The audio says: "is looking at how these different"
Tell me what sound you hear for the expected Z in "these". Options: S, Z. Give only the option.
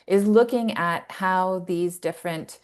Z